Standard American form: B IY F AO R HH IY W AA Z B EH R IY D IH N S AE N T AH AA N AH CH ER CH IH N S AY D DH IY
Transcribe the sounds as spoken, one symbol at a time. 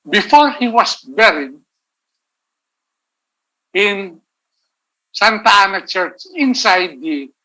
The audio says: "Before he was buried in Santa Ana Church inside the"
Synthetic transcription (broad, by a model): B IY F AO R HH IY W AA S B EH R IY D IH N S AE N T AA N AH CH ER CH IH N S AY D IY